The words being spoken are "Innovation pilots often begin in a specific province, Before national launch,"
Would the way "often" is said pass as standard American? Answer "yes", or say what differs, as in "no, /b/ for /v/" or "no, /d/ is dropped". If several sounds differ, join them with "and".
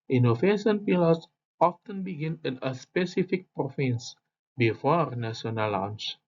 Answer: yes